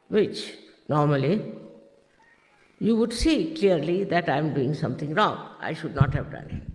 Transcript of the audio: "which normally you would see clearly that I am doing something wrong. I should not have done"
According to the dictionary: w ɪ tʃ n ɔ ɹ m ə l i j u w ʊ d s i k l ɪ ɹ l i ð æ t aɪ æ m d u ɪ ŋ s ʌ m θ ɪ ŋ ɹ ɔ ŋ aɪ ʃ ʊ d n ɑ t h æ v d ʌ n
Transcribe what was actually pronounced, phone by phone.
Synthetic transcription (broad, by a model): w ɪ tʃ n ɔ ɹ m ə l i j u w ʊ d s i k l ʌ ɹ l i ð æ t aɪ m d u ɪ ŋ s ʌ m t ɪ ŋ ɹ ɔ ŋ aɪ ʃ ʊ d n ɑ t h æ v d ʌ n